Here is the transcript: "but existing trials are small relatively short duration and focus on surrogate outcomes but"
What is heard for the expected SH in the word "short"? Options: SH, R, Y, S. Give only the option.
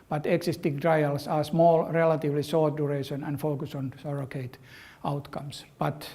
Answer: S